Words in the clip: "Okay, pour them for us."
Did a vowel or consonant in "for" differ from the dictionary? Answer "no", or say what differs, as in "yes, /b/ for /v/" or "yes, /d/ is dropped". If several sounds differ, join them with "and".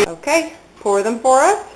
yes, /p/ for /f/